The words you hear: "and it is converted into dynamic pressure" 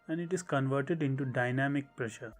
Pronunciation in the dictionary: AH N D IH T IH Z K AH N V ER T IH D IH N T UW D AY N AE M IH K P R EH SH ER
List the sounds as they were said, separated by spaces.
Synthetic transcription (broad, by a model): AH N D IH T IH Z K AH N V ER T IH D IH N T UW D AY N AE M IH K P R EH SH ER